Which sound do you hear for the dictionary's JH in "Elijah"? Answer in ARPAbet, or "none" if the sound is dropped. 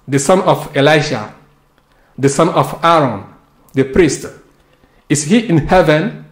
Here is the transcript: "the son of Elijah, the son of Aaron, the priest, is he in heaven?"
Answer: SH